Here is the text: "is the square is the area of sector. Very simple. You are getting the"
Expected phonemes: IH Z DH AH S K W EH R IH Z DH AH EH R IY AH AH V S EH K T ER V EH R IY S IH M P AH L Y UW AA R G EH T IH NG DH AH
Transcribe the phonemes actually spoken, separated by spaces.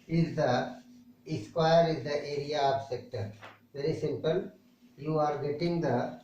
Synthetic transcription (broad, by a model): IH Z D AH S K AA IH R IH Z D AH EH R IY AH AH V S EH K T ER V EH R IY S IH M P AH L Y UW AA R G EH T IH NG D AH